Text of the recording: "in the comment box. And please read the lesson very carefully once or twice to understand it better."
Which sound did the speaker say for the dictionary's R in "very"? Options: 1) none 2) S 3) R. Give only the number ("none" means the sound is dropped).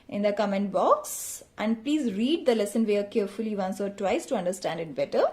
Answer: 1